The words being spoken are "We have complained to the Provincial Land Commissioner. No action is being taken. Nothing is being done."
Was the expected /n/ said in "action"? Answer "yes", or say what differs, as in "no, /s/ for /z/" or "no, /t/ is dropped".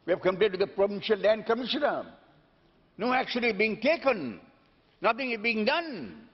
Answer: no, /l/ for /n/